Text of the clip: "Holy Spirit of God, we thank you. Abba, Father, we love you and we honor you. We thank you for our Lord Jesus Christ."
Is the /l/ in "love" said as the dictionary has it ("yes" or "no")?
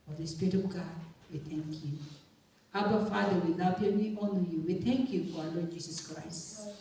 no